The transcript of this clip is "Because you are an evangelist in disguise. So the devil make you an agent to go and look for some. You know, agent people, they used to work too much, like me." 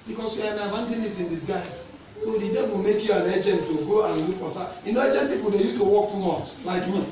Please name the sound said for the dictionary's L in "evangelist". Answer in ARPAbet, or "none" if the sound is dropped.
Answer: N